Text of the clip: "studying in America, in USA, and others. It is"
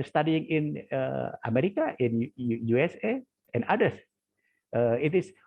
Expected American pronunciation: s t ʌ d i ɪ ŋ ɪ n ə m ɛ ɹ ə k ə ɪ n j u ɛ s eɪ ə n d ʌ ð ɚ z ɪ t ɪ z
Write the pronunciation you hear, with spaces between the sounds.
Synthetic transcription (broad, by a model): s t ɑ d i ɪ ŋ ɪ n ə m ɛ ɹ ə k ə ɪ n j u ɛ s eɪ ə n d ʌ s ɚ ɪ t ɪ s